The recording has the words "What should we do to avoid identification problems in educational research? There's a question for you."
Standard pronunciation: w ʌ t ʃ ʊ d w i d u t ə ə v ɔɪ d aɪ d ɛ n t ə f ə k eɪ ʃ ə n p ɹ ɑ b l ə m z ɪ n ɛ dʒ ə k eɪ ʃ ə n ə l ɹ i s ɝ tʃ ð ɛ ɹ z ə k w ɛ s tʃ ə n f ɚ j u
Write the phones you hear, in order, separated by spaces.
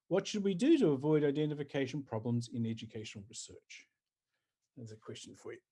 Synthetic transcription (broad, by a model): w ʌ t ʃ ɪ d w i d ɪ t ə ə v ɔɪ d aɪ d ɛ n t ə f ə k eɪ ʃ ə n p ɹ ɑ b l ə m z ɪ n ɛ dʒ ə k eɪ ʃ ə n l ɹ i s ɝ tʃ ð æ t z ə k w ɛ s tʃ ə n f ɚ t